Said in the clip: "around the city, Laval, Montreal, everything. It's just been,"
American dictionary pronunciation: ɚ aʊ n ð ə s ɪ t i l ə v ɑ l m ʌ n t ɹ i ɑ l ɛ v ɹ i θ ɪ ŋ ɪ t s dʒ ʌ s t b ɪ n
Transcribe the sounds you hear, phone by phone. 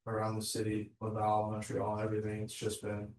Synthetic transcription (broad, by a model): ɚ aʊ n ð ə s ɪ t i w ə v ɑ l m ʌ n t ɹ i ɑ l ɛ v ɹ i θ ɪ ŋ ɪ t s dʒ ʌ s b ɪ n